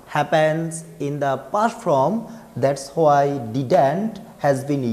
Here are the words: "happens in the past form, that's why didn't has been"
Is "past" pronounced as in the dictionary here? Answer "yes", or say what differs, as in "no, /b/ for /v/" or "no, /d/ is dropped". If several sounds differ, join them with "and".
no, /s/ is dropped